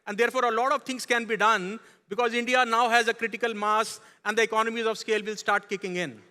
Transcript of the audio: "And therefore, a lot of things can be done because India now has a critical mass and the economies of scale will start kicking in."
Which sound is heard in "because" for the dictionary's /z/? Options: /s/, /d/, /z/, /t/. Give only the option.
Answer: /z/